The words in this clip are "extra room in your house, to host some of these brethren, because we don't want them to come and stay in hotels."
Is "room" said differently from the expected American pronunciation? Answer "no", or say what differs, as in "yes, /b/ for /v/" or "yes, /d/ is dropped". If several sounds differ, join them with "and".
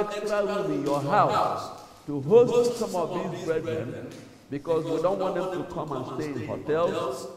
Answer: yes, /w/ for /ɹ/ and /m/ is dropped